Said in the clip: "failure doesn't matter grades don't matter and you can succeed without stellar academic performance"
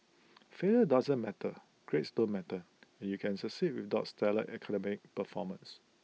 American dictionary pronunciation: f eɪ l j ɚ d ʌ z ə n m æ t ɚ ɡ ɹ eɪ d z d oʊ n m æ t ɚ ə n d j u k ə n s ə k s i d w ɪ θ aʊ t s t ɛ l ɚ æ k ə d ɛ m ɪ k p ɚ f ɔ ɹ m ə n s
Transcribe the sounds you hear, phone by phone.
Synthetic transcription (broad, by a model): f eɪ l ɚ d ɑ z ə n m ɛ t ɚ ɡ ɹ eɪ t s d oʊ n m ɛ t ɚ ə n j u k ə n s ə s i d w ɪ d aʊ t s t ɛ l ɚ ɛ k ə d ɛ m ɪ k p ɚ f ɔ m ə n s